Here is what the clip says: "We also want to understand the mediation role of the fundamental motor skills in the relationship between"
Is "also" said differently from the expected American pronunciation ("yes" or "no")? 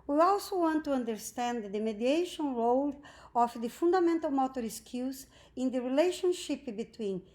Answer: no